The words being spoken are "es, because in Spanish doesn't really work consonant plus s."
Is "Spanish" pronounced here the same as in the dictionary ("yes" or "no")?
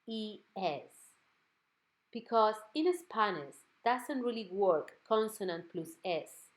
no